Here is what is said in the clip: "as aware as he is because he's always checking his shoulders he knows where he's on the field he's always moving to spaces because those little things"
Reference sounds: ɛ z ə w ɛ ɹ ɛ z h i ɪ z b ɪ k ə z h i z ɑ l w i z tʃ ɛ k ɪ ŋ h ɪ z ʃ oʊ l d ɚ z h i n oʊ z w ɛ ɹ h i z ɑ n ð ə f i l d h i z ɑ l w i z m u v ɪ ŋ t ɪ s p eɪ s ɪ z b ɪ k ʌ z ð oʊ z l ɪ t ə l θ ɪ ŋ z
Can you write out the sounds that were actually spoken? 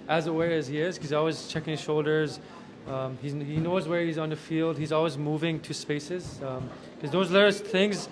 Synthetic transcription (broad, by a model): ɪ z ə w ɛ ɹ ɪ z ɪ ə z h i z ɑ l w i z tʃ ɛ k ɪ ŋ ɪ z ʃ oʊ l d ɚ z h i n oʊ z w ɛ ɹ h i z n ð ə f i l d h i z ɑ l w i z m u v ɪ ŋ t ɪ s p eɪ s ɪ z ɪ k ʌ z ð oʊ z l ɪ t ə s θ ɪ ŋ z